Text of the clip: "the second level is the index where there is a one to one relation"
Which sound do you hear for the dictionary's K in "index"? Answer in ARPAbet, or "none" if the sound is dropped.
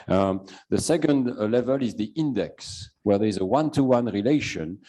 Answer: K